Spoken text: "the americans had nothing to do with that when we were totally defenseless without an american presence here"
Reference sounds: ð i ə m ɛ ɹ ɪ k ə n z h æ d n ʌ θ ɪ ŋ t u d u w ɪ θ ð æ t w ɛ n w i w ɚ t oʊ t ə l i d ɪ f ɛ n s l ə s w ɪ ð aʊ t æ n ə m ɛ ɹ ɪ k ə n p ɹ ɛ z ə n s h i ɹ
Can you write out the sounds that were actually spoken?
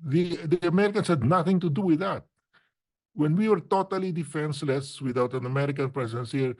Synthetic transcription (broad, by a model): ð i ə m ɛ ɹ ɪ k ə n s h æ d n ʌ θ ɪ ŋ t u d u w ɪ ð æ t w ɛ n w i w ɚ t oʊ t ə l i d ɪ f ɛ n s l ə s w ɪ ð aʊ t æ n ə m ɛ ɹ ɪ k ə n p ɹ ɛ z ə n s h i ɹ